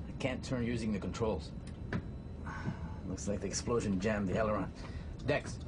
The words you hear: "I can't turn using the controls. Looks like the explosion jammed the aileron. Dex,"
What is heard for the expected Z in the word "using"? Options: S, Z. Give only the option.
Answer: Z